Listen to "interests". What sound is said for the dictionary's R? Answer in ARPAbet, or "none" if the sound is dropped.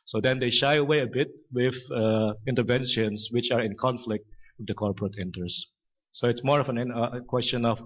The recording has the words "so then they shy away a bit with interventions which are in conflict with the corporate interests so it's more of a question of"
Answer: none